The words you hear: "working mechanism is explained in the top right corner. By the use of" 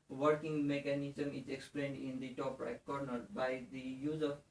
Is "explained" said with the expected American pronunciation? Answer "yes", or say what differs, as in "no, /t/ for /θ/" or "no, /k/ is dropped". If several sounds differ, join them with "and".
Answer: yes